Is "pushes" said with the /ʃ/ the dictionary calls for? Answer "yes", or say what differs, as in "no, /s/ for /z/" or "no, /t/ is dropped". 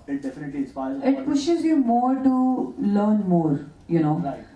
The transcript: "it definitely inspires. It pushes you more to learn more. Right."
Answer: yes